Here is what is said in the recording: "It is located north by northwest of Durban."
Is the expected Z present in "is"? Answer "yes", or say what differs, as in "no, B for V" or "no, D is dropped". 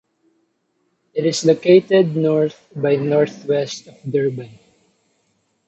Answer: no, S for Z